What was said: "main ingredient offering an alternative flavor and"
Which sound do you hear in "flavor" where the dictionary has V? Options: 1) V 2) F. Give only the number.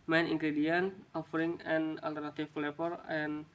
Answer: 2